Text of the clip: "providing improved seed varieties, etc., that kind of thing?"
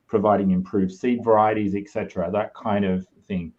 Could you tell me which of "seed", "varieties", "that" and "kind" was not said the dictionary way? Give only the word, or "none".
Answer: none